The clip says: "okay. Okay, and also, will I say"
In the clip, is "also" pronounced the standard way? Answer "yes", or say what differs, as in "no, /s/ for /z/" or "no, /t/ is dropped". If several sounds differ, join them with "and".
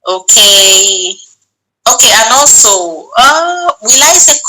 no, /l/ is dropped